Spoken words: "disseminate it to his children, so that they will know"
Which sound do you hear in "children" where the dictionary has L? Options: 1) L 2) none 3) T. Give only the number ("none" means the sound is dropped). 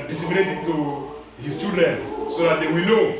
2